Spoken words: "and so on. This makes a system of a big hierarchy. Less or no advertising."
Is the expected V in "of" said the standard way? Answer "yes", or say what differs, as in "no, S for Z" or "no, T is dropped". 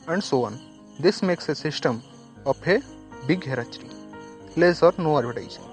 no, P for V